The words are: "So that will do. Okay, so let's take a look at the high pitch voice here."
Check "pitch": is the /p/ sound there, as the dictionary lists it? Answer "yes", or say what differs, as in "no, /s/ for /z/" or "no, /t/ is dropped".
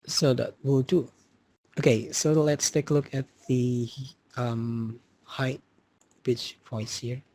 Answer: no, /b/ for /p/